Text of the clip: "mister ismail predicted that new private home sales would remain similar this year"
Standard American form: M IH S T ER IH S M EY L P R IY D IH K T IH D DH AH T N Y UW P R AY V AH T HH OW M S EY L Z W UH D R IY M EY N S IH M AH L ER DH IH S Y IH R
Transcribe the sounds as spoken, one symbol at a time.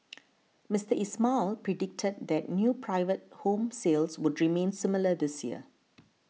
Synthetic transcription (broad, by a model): M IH S T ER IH S M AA L P R IY D IH K T IH D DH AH T N Y UW P R AY V AH T HH OW M S EY L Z W UH D R IY M EY N S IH M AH L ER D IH S Y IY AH